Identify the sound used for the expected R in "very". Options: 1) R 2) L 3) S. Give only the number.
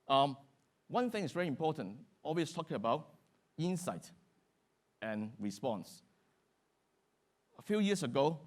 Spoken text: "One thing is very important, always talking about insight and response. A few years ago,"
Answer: 1